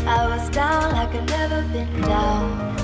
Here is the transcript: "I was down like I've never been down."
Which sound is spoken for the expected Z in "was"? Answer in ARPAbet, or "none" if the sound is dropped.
Z